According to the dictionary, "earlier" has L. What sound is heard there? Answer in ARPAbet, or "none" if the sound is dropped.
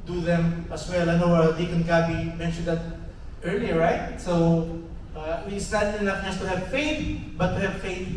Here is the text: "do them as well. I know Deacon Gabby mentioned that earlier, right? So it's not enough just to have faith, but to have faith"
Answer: L